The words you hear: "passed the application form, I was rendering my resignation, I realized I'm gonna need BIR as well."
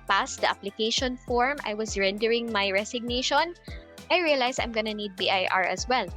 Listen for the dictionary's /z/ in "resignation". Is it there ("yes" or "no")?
no